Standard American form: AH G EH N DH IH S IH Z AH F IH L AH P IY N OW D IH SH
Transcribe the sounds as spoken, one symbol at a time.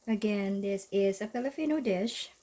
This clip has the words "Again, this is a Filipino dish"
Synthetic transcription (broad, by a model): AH G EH N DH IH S IH Z AH P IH L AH F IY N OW D IH SH